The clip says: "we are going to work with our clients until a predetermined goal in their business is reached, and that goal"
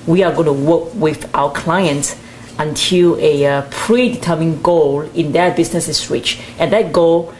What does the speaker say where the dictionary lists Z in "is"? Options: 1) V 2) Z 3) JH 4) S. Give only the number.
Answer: 4